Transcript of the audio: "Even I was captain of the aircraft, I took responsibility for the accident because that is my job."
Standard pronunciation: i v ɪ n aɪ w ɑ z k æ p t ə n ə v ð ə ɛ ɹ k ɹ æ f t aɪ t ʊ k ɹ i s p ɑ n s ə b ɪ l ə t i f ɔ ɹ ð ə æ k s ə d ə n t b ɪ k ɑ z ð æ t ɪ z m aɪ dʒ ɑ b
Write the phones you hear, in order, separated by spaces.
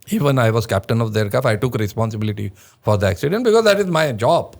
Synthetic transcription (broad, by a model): i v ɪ n aɪ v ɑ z k æ p t ə n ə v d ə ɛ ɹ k æ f aɪ t ʊ k ɹ i s p ɑ n s ə b ɪ l ə t i f ɔ ɹ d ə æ k s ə d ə n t b ɪ k ɑ z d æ t ɪ z m aɪ dʒ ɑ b